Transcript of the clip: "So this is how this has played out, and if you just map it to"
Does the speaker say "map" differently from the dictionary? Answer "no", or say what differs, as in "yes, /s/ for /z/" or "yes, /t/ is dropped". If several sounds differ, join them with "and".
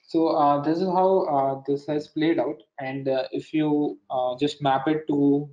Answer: no